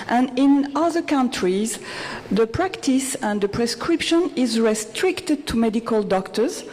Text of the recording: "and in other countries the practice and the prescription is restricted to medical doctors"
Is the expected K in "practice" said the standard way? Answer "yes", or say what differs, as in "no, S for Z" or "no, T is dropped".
yes